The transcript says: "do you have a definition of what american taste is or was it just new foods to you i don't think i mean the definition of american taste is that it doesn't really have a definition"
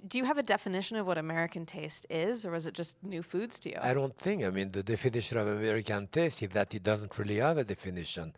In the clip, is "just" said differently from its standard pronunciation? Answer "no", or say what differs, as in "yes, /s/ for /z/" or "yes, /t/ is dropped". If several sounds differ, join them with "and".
yes, /ʒ/ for /dʒ/